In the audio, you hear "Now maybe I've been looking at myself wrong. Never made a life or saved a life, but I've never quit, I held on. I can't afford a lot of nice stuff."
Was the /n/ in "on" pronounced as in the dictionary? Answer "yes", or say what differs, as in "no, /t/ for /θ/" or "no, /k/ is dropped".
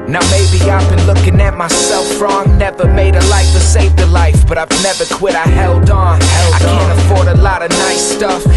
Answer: no, /l/ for /n/